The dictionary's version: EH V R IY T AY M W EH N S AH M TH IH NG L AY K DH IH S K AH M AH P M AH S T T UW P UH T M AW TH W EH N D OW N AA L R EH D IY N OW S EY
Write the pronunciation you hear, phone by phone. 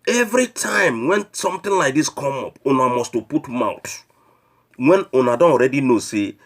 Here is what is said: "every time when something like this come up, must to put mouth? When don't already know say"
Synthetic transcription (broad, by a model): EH V R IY T AY M W EH N S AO M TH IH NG L AY K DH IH S K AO M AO P M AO S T T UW P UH T M AW T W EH N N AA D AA N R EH D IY N OW S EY